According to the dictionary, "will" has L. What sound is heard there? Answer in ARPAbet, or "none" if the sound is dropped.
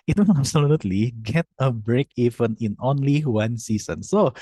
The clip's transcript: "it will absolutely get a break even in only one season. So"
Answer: N